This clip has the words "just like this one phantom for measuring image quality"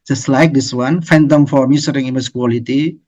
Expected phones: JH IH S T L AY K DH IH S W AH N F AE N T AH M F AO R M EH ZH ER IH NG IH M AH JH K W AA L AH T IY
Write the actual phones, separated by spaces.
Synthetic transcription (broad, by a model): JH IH S T L AY K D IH S W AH N F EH N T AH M F AO R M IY S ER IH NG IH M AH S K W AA L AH T IY